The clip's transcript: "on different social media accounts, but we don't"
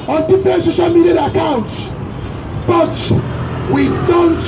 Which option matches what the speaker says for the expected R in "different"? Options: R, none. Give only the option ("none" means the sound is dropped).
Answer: none